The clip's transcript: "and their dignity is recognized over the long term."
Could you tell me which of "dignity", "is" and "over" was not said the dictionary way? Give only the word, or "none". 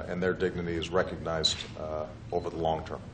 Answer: none